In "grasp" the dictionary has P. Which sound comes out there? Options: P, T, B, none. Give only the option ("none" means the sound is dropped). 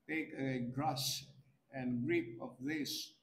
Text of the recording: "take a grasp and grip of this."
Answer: none